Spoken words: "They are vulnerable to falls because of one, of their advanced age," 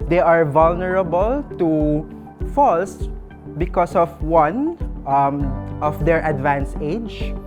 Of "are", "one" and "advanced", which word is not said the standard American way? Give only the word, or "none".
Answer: advanced